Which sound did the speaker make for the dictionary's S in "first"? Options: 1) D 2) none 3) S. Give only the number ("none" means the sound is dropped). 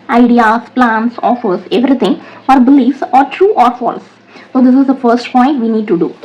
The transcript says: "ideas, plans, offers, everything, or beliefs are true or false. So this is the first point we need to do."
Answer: 3